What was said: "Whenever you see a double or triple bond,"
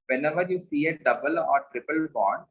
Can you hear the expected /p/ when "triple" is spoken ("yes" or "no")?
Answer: yes